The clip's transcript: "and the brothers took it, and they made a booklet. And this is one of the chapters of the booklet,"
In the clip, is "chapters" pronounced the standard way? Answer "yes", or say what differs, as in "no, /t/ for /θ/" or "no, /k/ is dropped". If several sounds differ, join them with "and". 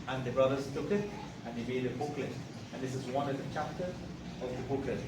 no, /z/ is dropped